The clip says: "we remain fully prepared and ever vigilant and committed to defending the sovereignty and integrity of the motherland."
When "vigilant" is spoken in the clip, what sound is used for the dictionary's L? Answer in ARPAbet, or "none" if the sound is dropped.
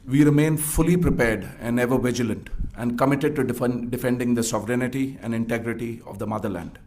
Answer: L